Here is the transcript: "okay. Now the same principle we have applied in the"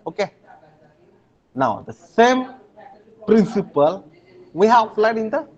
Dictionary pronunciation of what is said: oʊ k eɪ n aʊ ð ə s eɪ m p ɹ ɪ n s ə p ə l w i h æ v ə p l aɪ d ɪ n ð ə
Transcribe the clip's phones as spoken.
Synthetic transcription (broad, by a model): oʊ k eɪ n aʊ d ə s eɪ m p ɹ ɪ n s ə p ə l w i h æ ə f l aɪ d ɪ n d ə